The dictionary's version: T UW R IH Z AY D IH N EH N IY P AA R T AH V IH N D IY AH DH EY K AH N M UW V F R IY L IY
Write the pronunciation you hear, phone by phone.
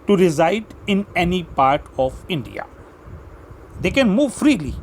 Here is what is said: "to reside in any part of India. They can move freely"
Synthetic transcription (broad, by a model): T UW R IH Z AY D IH N EH N IY P AA R T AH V IH N D IY AH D EY K AH N M UW V F R IY L IY